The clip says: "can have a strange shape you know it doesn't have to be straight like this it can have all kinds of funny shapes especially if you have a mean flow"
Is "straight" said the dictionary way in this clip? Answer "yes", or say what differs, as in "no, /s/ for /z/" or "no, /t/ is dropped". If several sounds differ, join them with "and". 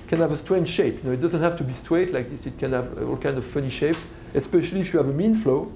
no, /w/ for /ɹ/